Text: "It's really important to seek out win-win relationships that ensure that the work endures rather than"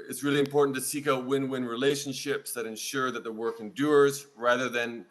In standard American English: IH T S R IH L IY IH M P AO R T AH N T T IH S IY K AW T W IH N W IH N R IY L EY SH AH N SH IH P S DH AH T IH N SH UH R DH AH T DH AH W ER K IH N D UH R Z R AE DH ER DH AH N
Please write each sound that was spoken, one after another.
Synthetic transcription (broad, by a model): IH T S R IH L IY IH M P AO R T N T T IH S IY K AW T W IH N W IH N R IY L EY SH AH N SH IH P S DH AH T IH N SH UH R DH AH T DH AH W ER K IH N D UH R Z R AE DH ER DH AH N